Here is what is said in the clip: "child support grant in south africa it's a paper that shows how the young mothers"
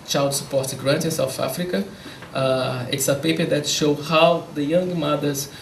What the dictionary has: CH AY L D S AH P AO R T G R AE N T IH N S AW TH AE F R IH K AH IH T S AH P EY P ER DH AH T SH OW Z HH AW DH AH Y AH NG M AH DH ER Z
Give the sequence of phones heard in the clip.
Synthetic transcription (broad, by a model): CH AY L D S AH P AO R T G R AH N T IH N S AW TH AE F R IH K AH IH T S AH P EY P ER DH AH T SH OW HH AW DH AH Y AH NG M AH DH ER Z